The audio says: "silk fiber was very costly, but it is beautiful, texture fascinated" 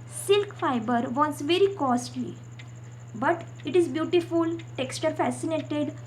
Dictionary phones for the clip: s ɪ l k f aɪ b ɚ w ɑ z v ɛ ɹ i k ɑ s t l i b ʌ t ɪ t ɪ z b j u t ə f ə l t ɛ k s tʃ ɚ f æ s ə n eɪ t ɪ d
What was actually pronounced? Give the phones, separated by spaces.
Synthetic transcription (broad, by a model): s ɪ l k f aɪ b ɚ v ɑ s v ɛ ɹ i k ɑ s t l i b ʌ t ɪ t ɪ z b j u t ə f ə l t ɛ k s tʃ ɚ f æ s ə n eɪ t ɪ d